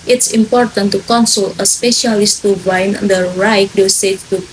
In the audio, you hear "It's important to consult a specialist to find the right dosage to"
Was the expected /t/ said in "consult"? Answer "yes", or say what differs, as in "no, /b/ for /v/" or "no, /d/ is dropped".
no, /t/ is dropped